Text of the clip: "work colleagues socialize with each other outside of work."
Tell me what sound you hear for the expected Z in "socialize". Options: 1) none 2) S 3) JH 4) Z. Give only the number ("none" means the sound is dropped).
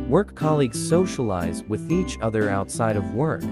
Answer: 4